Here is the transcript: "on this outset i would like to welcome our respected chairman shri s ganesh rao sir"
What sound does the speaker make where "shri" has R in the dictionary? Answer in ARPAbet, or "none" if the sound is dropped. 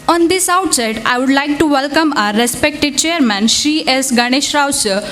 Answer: none